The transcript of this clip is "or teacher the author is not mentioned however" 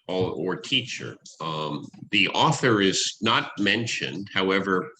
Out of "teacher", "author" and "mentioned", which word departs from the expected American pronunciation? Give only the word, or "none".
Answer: none